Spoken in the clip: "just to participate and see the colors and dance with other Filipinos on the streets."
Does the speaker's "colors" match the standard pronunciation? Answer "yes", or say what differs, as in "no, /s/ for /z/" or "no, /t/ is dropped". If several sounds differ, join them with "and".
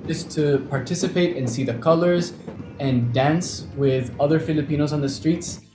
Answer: yes